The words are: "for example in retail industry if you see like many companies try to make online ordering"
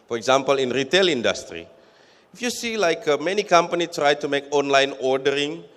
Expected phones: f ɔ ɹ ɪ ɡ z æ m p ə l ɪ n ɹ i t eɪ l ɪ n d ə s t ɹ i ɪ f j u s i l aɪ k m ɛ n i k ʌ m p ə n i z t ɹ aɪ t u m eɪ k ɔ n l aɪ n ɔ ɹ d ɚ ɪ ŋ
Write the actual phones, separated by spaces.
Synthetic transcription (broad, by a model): f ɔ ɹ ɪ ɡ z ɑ m p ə l ɪ n ɹ i t eɪ l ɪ n d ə s t ɹ i ɪ f j u s i l aɪ k m ɛ n i k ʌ m p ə n i t ɹ aɪ t u m eɪ k ɔ n l aɪ n ɔ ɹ d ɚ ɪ ŋ